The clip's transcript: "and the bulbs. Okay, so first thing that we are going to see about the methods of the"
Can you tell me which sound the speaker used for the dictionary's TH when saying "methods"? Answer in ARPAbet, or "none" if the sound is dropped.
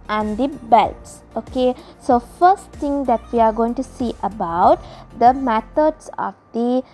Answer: T